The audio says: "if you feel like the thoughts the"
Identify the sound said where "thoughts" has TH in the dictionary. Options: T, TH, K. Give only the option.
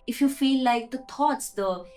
T